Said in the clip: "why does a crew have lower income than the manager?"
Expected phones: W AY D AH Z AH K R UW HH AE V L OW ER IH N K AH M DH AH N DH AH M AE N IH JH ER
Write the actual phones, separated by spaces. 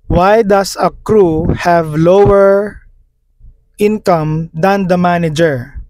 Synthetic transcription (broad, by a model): W AY D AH S AH K R UW HH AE V L OW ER IH N K AH M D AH N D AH M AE N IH JH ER